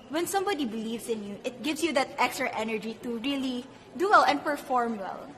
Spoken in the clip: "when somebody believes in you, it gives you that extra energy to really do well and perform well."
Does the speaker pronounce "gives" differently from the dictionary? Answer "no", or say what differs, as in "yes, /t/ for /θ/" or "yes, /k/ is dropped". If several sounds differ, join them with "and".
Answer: yes, /s/ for /z/